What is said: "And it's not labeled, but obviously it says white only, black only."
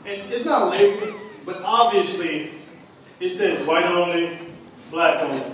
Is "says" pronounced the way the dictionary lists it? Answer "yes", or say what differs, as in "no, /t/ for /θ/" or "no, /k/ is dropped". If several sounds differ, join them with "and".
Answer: yes